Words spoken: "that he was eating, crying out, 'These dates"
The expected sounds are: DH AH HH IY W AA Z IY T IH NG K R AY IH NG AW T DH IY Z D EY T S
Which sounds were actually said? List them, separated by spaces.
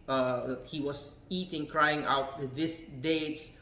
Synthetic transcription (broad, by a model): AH HH IY W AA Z IY T IH NG K R AY IH NG AW T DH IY S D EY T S